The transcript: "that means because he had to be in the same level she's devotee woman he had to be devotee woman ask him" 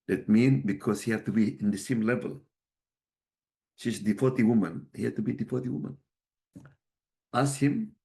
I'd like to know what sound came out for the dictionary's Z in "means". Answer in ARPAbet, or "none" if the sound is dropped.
none